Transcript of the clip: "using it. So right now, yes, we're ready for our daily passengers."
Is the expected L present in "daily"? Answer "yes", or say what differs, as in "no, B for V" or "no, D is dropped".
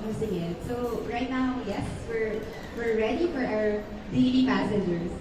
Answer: no, N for L